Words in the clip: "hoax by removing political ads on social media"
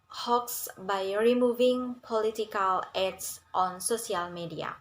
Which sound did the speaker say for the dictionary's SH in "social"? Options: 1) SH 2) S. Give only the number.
2